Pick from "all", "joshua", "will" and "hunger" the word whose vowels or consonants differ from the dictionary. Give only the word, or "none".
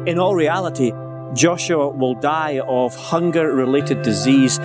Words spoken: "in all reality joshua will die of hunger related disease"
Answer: none